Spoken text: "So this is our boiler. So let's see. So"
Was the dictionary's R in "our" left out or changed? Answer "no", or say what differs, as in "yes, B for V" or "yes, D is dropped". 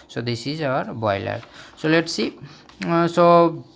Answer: no